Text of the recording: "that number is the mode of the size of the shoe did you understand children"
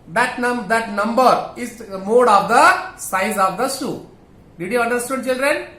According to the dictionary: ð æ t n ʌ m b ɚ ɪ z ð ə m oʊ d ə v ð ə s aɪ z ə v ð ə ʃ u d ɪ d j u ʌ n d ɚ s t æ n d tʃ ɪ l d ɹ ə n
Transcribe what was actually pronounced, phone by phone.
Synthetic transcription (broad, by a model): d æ t n ʌ m b ɚ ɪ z m oʊ d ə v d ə s aɪ z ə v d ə s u d ɪ d j u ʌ n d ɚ s t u d tʃ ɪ l d ɹ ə n